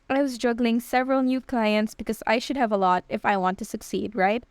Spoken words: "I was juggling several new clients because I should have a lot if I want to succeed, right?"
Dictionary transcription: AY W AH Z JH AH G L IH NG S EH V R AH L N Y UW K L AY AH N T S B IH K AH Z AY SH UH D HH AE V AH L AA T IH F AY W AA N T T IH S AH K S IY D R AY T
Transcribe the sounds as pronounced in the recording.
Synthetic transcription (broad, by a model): AY W AH Z JH AH G L IH NG S EH V R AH L N Y UW K L AY AH N T S B IH K AH Z AY SH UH D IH V AH L AA T IH F AY W AA N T T IH S AH K S IY D R AY T